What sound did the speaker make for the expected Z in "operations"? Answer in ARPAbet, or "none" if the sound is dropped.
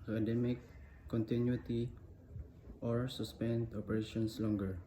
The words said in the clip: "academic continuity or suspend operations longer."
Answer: S